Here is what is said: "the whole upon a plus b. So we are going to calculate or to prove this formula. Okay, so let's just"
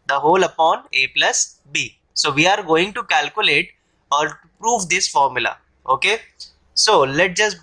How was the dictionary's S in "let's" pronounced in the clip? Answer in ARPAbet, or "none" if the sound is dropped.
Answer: none